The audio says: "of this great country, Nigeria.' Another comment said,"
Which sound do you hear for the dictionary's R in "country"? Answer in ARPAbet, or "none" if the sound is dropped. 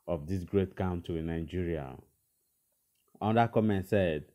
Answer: none